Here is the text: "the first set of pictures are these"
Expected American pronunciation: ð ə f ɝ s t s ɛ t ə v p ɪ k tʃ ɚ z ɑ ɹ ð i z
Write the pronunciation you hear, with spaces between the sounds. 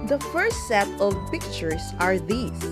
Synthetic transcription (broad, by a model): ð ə f ɝ s t s ɛ t ə v p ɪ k tʃ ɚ s ɑ ɹ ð i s